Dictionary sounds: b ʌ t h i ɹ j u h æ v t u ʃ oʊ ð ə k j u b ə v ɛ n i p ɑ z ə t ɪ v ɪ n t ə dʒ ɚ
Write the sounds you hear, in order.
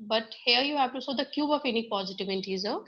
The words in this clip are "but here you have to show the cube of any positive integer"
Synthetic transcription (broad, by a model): b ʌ t h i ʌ j u h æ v t u s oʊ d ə k j u b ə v ɛ n i p ɑ z ə t ɪ v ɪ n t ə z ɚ